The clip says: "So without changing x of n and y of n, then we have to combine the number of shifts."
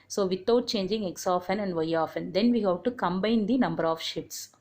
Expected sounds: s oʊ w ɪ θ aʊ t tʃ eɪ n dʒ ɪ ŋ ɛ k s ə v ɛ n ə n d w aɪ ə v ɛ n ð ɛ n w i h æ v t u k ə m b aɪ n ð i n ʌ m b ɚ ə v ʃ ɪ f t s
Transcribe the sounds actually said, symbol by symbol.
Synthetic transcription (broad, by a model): s oʊ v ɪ t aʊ t tʃ eɪ n dʒ ɪ ŋ ɛ k s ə f ɛ n ə n d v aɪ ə f ɛ n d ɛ n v i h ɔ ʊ t u k ə m b aɪ n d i n ʌ m b ɚ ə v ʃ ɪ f t s